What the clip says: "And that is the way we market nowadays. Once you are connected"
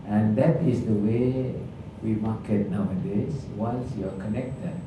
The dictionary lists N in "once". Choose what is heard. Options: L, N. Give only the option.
L